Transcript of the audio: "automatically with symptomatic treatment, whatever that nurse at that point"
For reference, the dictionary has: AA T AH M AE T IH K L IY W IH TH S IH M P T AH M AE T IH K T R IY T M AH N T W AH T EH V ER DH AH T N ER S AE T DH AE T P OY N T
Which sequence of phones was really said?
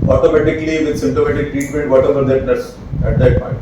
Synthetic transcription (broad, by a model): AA T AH M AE T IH K L IY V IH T S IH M T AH M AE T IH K T R IY T M AH N T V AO T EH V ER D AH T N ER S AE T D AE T P OY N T